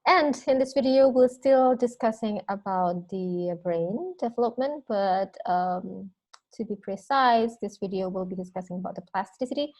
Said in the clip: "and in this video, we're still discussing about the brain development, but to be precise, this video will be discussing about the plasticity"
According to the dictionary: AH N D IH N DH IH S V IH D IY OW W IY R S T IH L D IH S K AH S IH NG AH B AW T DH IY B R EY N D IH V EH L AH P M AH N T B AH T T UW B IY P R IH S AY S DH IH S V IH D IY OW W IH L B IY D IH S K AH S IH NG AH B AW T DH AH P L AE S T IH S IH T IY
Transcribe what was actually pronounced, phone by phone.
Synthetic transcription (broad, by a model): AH N D IH N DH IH S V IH D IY OW W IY L S T IH L D IH S K AH S IH NG AH B AW T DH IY B R EY N D IH V EH L AH P M AH N T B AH T T UW B IY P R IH S AY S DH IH S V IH D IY OW W IH L B IY D IH S K AH S IH NG AH B AW T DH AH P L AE S T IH S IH T IY